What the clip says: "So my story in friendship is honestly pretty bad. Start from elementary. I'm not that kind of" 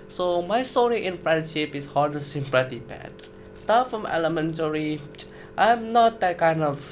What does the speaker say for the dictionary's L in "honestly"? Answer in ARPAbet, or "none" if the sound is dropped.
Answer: none